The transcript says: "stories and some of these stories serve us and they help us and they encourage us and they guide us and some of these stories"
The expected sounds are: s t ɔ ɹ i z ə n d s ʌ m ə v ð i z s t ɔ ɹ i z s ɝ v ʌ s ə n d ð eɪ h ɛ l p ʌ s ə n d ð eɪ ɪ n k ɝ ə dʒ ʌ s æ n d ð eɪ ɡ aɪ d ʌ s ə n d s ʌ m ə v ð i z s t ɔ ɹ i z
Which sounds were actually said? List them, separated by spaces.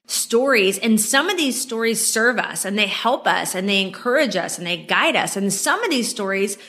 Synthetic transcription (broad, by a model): s t ɔ ɹ i z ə n s ʌ m ə v ð i z s t ɔ ɹ i z s ɝ v ʌ s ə n ð eɪ h ɛ l p ʌ s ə n ð eɪ ɪ n k ɝ ə dʒ ʌ s n ð eɪ ɡ aɪ d ʌ s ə n s ʌ m ə v ð i z s t ɔ ɹ i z